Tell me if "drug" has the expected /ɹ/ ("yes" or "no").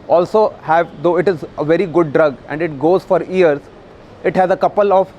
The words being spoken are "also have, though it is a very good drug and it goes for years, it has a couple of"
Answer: yes